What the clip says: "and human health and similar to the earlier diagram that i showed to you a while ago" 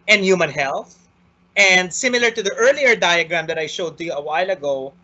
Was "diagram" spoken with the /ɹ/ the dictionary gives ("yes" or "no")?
yes